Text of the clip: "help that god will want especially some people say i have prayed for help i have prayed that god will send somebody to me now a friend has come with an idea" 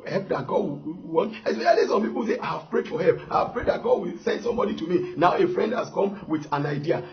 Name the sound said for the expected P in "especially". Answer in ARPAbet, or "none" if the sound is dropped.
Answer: none